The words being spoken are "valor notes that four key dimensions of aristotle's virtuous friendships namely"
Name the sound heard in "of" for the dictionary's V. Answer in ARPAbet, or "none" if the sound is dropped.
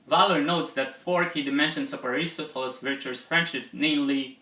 P